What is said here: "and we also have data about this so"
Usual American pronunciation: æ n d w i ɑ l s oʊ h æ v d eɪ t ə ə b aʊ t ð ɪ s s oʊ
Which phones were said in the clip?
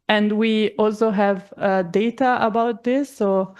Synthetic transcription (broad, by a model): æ n d w i ɑ l s oʊ h æ v d eɪ t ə ə b aʊ t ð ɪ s s oʊ